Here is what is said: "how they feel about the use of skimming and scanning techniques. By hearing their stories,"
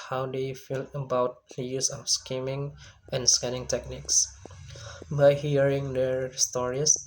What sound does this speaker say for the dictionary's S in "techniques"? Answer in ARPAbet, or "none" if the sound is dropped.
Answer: S